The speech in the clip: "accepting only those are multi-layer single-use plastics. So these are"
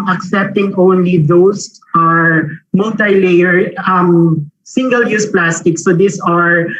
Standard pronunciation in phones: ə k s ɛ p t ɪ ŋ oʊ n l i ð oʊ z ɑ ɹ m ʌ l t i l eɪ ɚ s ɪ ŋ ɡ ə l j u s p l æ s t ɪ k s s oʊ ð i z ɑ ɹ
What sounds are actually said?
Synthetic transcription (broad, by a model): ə k s ɛ p t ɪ ŋ oʊ n l i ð oʊ s ɑ ɹ m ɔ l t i l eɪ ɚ s ɪ ŋ ɡ ə l j u s p l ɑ s t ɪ k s s oʊ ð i s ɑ ɹ